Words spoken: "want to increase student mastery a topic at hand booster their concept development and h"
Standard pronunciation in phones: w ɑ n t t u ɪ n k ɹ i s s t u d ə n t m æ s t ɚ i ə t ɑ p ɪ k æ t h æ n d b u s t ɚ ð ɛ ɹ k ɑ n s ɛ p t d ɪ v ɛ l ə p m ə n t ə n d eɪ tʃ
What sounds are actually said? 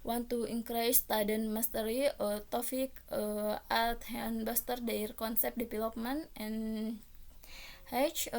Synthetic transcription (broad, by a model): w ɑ n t t u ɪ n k ɹ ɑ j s t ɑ d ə n m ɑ s t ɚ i ə t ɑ f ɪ k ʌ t h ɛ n b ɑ s t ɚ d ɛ ɹ k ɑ n s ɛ p d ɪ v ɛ l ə p m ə n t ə n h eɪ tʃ